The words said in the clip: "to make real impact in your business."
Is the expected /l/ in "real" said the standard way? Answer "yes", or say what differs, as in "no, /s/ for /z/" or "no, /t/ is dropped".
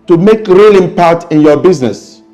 yes